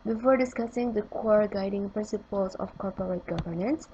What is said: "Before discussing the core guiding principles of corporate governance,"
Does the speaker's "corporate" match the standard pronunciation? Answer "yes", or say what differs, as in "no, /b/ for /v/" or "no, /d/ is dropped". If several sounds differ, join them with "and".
yes